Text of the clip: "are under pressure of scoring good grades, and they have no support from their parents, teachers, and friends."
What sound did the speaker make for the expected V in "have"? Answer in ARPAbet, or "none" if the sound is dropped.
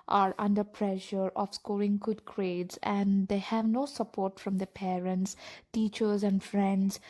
V